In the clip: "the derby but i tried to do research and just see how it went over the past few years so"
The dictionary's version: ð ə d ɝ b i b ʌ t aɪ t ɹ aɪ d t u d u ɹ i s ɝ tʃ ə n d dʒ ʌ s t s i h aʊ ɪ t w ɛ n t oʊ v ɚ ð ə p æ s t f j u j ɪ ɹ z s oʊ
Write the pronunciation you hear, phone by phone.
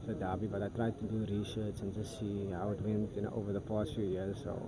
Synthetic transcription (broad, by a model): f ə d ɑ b i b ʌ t aɪ t ɹ aɪ d t u d u ɹ i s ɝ s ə n dʒ ʌ s t s i h aʊ ɪ t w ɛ n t oʊ v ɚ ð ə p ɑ s t f j u j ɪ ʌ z s oʊ